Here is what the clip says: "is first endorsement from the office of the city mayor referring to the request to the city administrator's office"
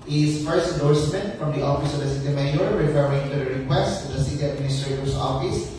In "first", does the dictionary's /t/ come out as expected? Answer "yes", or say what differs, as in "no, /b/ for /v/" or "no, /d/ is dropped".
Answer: no, /t/ is dropped